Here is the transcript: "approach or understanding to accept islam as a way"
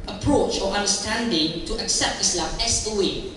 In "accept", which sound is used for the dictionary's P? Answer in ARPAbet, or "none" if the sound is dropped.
P